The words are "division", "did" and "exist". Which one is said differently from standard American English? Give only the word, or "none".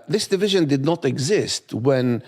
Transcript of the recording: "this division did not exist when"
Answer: none